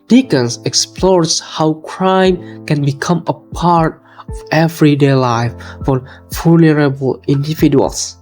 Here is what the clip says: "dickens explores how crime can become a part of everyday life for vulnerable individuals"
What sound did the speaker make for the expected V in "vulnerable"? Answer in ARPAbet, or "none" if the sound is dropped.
F